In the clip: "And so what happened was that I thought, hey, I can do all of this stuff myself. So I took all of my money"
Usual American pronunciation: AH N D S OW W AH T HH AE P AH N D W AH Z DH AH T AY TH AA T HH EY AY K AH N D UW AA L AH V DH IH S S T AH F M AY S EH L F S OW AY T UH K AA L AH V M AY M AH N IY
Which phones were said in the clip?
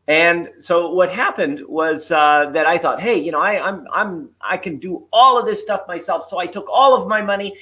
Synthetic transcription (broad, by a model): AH N S OW W AH T HH AE P AH N D W AH Z DH AH T AY TH AA T HH EY AY K AH N D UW AA L AH V DH IH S S T AH F M AY S EH L F S OW AY T UH K AA L AH V M AY M AH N IY